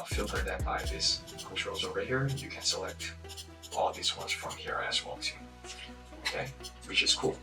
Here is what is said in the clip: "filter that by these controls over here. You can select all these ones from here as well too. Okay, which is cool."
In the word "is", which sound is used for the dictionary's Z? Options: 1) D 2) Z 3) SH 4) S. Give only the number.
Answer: 4